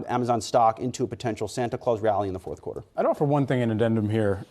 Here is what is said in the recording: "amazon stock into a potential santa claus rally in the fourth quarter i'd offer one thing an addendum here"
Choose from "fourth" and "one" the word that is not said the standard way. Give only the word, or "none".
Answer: none